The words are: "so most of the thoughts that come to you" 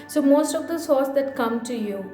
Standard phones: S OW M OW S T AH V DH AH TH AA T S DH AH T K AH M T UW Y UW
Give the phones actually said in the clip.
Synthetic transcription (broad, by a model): S OW M OW S T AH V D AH S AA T S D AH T K AH M T UW Y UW